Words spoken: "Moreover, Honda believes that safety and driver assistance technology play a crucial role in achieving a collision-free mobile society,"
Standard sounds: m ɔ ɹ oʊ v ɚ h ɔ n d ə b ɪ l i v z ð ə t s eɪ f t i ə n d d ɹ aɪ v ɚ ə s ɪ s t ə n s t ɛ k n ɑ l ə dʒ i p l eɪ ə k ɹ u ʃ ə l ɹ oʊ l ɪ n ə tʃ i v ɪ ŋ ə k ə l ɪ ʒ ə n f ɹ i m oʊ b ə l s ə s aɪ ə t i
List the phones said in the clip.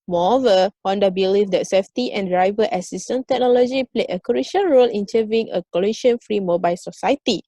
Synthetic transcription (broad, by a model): m ɔ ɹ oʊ v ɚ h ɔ n d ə b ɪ l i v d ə t s eɪ f t i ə n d d ɹ aɪ v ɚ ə s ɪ s t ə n t ɛ k n ɑ l ə dʒ i p l eɪ ə k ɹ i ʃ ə n ɹ oʊ l ɪ n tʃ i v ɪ ŋ ə k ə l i ʃ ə n f ɹ i m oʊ b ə l s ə s aɪ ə t i